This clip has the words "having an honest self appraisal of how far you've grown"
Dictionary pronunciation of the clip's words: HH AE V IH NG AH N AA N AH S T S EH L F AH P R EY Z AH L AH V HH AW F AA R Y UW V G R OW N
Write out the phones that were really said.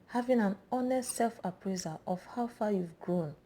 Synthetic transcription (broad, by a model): HH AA V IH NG AH N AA N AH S T S EH L F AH P R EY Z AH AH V HH AW F AA Y UW V G R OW N